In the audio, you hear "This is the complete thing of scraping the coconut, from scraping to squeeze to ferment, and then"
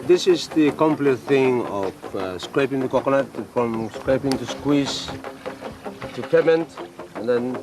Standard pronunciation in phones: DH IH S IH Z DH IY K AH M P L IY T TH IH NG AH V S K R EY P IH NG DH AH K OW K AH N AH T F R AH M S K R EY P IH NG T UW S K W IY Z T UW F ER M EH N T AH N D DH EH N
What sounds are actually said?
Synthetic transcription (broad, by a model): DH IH S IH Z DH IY K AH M P L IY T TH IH NG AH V S K R EY P IH NG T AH K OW K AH L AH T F R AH M S K R EY P IH NG T UW S K W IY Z T UW P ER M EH N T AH N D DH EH N